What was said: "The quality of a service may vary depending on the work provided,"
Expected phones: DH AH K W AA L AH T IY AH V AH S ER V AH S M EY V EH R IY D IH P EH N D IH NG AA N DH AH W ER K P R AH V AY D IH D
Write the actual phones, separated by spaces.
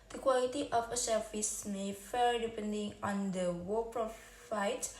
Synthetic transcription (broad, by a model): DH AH K W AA L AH T IY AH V AH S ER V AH S M EY F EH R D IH P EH N D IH NG AA N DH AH W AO P R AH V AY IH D